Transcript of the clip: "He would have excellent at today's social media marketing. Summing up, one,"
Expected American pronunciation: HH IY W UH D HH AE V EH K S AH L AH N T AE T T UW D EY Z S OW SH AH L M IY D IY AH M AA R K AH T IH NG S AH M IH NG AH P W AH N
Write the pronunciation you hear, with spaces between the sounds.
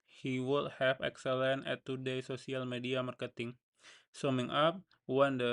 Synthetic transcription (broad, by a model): HH IY W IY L HH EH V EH K S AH L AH N EH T T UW D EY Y S OW S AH L M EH D IY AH M AA R K AH T IH NG S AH M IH NG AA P W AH N